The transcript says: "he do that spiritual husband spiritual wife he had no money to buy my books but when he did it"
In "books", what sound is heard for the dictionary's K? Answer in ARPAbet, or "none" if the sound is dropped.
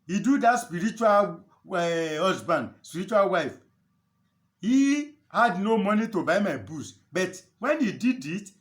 none